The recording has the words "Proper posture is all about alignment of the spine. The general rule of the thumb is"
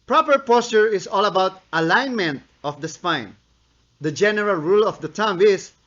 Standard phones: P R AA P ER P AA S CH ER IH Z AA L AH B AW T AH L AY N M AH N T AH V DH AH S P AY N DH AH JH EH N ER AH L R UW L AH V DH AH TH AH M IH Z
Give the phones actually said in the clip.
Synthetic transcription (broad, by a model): P R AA P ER P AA S CH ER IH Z AA L AH B AW T AH L AY N M AH N T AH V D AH S P AY N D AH JH EH N ER AH L R UW L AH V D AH T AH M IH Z